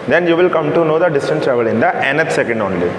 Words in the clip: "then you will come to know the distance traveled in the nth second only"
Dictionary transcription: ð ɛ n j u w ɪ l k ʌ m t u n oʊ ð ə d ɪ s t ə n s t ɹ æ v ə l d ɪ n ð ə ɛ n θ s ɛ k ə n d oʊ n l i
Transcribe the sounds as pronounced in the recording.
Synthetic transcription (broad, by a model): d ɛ n j u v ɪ l k ʌ m t u n oʊ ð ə d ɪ s t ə n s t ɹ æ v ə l ɪ n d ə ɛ n t s ɛ k ə n d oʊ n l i